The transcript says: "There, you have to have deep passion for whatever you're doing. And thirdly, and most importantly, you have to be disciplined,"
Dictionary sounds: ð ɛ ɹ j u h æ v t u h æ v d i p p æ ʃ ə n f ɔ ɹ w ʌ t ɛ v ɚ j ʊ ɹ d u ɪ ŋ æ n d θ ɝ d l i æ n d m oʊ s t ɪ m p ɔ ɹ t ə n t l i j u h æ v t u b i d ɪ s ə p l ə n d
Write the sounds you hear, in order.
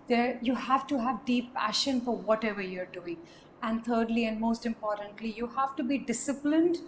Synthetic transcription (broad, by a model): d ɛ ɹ j u h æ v t u h æ v d i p p æ ʃ ə n f ɔ ɹ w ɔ t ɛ v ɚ j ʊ ɹ d u ɪ ŋ æ n d t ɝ d l i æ n d m oʊ s t ɪ m p ɔ ɹ t ə n t l i j u h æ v t u b i d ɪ s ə p l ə n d